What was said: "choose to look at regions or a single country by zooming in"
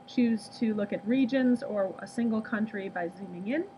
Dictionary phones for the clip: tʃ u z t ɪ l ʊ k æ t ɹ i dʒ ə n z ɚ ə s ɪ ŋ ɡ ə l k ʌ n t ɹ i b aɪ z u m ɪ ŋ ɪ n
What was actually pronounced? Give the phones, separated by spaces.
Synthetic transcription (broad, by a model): tʃ u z t ɪ l ʊ k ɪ t ɹ i dʒ ə n z ɚ ə s ɪ ŋ ɡ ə l k ʌ n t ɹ i b aɪ z u m ɪ ŋ ɪ n